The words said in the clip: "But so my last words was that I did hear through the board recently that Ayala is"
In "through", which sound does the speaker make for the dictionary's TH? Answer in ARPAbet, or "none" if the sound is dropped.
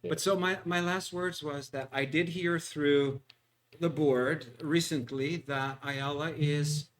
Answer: TH